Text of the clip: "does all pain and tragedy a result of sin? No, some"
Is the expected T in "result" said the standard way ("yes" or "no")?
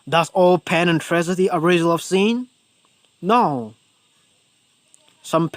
no